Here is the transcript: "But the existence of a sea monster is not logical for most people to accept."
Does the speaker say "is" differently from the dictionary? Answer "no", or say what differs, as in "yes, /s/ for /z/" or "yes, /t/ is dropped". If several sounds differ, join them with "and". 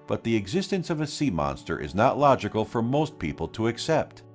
no